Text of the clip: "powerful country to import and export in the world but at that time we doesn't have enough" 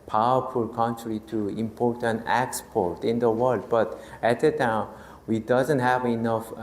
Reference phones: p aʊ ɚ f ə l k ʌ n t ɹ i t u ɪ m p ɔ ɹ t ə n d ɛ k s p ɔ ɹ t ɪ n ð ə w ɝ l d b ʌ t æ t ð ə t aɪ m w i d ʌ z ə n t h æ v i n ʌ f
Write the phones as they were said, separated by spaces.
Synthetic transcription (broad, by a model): p aʊ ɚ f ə l k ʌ n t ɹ i t u ɪ m p ɔ ɹ t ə n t ɛ k s p ɔ ɹ t ɪ n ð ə w ɝ l d b ʌ t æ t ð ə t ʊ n w i d ʌ z ə n t h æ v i n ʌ f